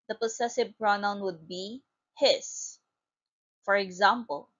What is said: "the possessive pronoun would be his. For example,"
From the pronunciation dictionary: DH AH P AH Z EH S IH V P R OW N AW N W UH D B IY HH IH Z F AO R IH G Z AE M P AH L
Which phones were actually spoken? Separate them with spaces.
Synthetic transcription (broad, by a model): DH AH P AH S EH S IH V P R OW N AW N W UH D B IY HH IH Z F AO R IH G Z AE M P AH L